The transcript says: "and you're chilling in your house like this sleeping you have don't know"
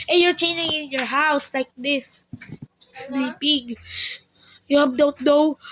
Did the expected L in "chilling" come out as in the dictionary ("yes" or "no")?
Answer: no